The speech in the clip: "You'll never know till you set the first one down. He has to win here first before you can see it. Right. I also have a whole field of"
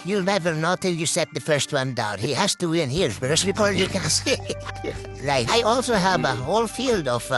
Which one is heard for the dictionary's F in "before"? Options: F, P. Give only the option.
P